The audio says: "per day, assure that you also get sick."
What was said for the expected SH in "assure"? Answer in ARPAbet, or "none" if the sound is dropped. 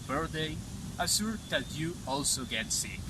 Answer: S